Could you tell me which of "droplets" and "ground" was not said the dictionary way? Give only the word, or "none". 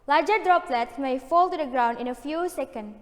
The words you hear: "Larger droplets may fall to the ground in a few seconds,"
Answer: none